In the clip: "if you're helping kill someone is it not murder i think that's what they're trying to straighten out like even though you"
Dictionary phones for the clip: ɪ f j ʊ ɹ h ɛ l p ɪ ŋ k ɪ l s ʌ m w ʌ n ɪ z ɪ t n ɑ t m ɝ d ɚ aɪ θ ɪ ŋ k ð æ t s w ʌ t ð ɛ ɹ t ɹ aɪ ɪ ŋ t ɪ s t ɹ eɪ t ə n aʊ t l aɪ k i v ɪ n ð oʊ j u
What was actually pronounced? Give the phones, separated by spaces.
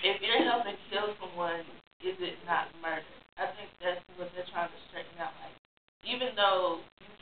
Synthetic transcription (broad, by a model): ɪ f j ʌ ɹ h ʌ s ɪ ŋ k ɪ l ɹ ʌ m w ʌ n ɪ z ɪ t n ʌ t m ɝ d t aɪ θ ɪ ŋ k ð æ t s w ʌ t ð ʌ ɹ t ɹ aɪ ɪ ŋ t ɪ s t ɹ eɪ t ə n aʊ t l aɪ k i v ɪ n ð oʊ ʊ